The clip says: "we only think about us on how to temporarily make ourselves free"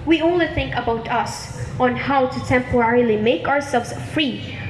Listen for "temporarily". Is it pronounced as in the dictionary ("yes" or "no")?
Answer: yes